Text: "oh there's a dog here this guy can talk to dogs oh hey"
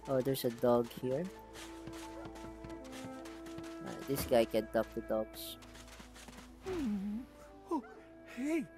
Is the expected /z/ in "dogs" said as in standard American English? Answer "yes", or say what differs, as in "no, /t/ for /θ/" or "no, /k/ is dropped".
no, /s/ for /z/